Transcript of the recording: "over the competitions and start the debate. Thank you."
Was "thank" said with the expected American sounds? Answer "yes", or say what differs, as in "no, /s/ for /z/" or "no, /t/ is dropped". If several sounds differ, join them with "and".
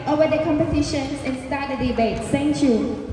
no, /s/ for /θ/